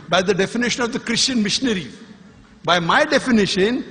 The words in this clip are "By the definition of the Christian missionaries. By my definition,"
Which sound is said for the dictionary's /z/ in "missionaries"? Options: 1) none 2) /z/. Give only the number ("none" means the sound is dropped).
1